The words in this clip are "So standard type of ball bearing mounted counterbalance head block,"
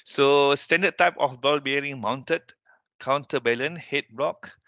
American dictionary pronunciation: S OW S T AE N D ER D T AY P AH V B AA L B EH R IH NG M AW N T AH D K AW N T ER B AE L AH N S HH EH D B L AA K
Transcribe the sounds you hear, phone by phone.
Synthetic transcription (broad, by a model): S OW S T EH N D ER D T AY P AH F B AA L B EH R IH NG M AW N T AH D K AW N T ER B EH L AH N HH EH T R AA K